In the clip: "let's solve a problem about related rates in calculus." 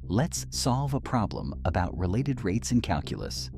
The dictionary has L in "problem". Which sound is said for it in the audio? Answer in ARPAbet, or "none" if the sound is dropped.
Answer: L